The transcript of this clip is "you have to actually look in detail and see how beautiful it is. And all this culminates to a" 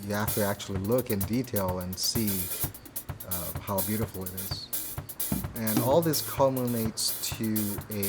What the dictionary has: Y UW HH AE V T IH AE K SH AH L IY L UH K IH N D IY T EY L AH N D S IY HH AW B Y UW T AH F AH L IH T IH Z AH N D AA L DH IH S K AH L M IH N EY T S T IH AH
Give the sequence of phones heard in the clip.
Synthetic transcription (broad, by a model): Y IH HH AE F T IH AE K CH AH L IY L UH K IH N D IY T EY L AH N S IY HH AW B Y UW T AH F L IH T IH Z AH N AA L DH IH S K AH M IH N EY T S T IH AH